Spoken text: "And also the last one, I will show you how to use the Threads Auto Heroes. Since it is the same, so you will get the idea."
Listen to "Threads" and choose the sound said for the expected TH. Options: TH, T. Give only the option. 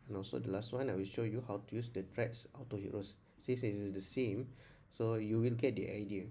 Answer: T